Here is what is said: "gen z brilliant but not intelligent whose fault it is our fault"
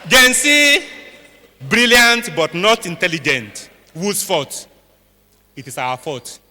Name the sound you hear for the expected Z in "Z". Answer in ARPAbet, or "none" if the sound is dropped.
S